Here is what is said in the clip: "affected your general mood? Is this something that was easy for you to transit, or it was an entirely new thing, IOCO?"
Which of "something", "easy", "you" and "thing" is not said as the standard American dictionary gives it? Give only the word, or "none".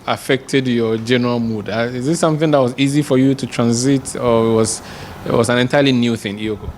none